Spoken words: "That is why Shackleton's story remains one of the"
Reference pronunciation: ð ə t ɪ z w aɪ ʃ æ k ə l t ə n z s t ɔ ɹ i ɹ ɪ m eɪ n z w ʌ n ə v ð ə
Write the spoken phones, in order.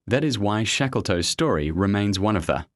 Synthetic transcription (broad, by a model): ð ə t ɪ z w aɪ ʃ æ k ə l t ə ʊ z s t ɔ ɹ i ɹ ɪ m eɪ n z w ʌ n ə v ð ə